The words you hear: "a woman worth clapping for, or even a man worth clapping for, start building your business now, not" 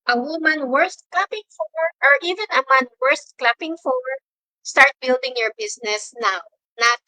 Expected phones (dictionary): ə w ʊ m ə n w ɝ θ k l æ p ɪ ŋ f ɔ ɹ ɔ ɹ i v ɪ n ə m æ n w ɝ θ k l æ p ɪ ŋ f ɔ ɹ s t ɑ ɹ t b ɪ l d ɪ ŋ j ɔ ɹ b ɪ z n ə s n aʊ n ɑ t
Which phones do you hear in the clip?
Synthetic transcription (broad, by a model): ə w ʊ m ə n w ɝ t k l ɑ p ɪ ŋ f ɔ ɹ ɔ ɹ i v ɪ n ə m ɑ n w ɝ t k l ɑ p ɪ ŋ f ɔ ɹ s t ɑ ɹ t b ɪ l d ɪ ŋ j ɔ ɹ b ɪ s n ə s n aʊ n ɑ t